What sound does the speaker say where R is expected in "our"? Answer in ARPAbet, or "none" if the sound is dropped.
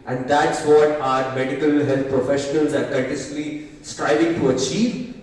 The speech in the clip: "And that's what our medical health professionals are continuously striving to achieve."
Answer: R